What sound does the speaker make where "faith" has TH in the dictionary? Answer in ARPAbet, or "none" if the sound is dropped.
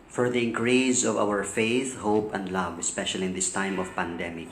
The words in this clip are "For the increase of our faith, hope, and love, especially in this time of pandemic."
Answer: TH